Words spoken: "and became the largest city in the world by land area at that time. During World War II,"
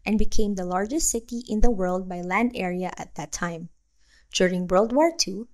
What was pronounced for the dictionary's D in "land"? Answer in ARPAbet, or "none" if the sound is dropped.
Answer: D